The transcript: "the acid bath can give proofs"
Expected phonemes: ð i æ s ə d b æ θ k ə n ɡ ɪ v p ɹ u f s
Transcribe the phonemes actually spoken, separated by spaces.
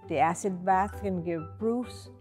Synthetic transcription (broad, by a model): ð i æ s ə d b æ θ k ə n ɡ ɪ v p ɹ u f s